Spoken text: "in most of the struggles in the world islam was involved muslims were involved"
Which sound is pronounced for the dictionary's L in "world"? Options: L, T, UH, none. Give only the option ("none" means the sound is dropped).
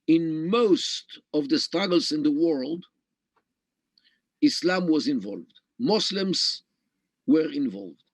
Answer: L